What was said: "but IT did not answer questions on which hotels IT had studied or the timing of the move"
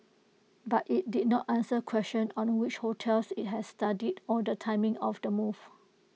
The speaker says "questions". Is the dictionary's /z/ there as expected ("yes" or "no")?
no